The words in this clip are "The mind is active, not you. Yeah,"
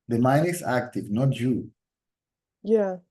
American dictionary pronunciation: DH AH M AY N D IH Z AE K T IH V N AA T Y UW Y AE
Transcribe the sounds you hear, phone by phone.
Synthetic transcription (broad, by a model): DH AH M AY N IH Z AE K T IH V N AA T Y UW Y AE